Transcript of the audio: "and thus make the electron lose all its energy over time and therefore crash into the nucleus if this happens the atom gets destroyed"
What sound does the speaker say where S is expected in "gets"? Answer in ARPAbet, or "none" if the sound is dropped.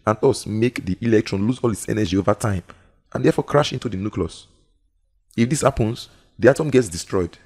S